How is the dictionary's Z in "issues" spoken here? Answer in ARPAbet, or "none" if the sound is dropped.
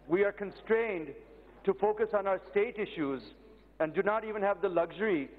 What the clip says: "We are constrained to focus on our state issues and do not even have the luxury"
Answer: Z